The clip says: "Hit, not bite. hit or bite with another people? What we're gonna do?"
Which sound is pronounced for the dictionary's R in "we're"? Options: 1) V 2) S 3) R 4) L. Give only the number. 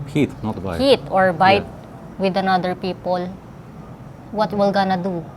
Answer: 4